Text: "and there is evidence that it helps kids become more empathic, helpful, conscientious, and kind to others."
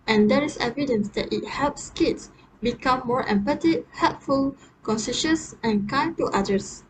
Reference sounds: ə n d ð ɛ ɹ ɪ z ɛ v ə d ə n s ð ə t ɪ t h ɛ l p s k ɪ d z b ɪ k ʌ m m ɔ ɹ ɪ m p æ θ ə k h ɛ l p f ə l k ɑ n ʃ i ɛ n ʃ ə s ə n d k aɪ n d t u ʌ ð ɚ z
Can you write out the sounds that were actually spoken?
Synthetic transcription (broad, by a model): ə n d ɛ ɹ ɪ s ɛ v ə d ə n s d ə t ɪ t h ɛ l p s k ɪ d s b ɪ k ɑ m m ɔ ɹ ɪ m p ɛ t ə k h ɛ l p f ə l k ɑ n s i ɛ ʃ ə s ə n k aɪ n t u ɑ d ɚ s